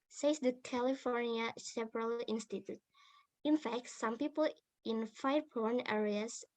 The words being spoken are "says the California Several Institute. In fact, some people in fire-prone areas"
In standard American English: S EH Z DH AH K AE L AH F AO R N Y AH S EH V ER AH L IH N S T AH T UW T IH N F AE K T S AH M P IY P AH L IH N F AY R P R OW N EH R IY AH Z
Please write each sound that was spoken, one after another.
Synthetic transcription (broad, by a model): S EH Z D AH K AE L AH F AO R N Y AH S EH P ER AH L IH N S T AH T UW T IH N F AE K T S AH M P IY P AH L IH N F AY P OW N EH R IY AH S